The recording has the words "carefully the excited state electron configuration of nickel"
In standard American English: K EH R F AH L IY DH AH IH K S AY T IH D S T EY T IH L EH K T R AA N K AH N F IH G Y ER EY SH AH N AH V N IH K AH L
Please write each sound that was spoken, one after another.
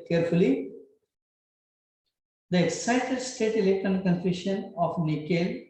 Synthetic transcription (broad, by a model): K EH R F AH L IY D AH IH K S AY T IH D S T EY T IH L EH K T AA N K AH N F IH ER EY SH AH N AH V N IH K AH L